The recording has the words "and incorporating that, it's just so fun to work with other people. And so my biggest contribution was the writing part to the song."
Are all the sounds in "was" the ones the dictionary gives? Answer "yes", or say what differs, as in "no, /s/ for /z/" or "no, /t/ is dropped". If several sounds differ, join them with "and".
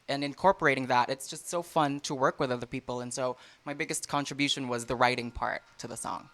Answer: yes